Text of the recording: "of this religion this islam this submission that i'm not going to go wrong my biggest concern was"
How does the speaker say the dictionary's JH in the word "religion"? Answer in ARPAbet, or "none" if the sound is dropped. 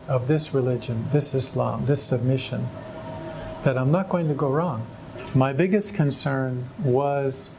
JH